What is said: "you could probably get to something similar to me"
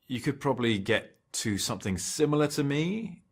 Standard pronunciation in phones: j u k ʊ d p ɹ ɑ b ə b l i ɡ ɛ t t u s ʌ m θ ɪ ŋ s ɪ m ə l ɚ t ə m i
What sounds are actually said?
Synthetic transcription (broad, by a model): j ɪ k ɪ d p ɹ ɑ b ə b l i ɡ ɛ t t u s ʌ m θ ɪ ŋ s ɪ m l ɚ t ə m i